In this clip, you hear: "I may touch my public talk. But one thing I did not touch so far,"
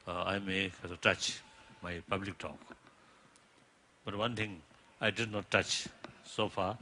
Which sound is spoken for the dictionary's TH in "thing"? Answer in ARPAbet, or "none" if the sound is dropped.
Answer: T